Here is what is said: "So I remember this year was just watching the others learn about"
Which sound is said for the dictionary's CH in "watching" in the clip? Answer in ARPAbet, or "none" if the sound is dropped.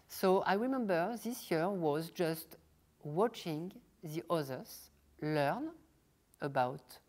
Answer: CH